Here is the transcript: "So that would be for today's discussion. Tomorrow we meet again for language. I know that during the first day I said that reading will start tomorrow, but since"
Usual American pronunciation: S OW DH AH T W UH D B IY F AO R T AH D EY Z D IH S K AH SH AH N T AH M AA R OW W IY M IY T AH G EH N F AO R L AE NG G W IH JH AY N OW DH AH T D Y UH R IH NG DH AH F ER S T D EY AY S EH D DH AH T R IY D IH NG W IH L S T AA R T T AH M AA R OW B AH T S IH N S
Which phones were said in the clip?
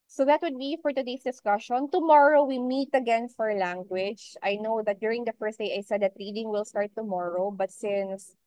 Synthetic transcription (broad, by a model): S OW DH AH T W UH D B IY F AO R T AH D EY S D IH S K AH SH AH N T AH M AA R OW W IY M IY T AH G EH N F AO R L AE NG G W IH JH AY N OW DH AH T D Y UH R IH NG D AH F ER S T D EY AY S EH D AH T R IY D IH NG W IH L S T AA R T T AH M AA R OW B AH T S IH N S